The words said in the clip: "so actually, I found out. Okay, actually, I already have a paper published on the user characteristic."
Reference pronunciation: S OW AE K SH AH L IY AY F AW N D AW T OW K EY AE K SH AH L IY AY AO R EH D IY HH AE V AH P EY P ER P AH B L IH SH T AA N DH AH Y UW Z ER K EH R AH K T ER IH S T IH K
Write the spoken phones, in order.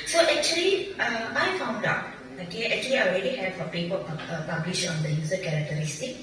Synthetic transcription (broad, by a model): S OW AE K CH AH L IY AY F AW N D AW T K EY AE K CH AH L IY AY AO R EH D IY HH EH F AH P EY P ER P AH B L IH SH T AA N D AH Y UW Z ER K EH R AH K T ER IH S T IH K